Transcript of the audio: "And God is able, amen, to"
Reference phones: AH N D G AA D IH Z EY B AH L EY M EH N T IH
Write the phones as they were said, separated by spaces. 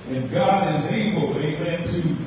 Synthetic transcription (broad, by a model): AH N G AA D IH Z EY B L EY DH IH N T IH